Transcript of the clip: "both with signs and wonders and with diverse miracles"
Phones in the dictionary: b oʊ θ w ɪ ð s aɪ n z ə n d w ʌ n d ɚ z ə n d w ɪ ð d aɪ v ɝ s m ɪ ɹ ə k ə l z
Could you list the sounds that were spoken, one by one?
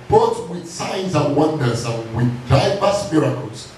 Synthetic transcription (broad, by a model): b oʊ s w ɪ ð s aɪ n z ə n w ʌ n d ɚ z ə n w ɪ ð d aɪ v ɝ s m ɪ ɹ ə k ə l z